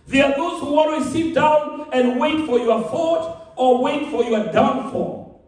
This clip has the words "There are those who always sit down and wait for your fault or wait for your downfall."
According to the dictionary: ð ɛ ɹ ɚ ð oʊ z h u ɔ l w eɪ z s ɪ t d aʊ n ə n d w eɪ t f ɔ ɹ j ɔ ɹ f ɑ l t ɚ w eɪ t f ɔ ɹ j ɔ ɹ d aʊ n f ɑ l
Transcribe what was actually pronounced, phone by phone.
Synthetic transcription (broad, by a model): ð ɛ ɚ ð oʊ z h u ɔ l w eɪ s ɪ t d aʊ n ə n d w eɪ t f ɔ ɹ j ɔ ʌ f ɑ t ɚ w eɪ t f ɔ ɹ j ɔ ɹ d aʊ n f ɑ